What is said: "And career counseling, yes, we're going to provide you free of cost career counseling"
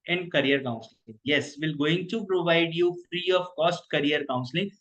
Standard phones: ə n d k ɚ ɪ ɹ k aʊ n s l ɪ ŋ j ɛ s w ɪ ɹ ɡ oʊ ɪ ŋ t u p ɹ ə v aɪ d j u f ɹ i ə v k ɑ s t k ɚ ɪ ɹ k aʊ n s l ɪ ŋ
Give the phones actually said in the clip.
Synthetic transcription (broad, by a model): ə n d k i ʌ ɹ k aʊ n s l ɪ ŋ j ɛ s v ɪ l ɡ oʊ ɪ ŋ t u p ɹ ə v aɪ d j u f ɹ i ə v k ɑ s t k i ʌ ɹ k aʊ n s l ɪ ŋ